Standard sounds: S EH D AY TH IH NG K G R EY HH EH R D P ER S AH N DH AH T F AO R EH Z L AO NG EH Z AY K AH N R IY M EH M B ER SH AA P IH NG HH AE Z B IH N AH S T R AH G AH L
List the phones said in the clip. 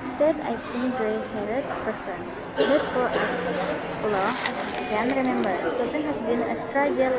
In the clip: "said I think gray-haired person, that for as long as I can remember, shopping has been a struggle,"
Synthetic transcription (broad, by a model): S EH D AY T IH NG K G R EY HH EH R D P ER S AH N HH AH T F AO R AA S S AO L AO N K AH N R IY M EH M B ER S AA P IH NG HH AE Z B IH N AH S T R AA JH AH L